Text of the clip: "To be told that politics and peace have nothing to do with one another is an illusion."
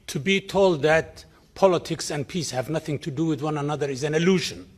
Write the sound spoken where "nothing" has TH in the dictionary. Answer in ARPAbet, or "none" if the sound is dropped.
TH